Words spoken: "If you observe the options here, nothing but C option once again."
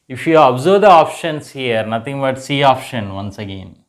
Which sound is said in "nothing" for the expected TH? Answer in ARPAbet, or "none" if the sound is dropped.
T